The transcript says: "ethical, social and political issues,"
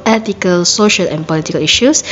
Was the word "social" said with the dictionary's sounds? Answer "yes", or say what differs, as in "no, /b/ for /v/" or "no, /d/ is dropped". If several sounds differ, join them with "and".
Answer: yes